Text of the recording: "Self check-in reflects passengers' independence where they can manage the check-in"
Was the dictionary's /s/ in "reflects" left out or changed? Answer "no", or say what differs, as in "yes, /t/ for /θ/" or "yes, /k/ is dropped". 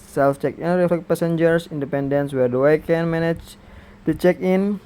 yes, /s/ is dropped